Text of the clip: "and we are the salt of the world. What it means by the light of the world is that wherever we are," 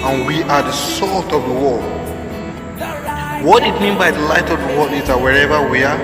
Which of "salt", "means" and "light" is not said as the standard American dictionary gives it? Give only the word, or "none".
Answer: means